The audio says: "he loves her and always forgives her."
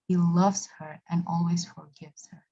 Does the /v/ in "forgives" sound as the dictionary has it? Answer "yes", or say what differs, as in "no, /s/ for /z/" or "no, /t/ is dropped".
yes